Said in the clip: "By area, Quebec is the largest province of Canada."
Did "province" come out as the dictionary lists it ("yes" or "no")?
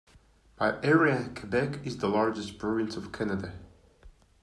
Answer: no